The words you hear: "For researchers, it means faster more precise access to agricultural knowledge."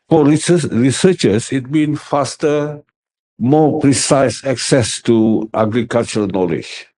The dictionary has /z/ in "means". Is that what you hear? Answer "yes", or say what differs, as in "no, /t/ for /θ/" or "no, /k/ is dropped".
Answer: no, /z/ is dropped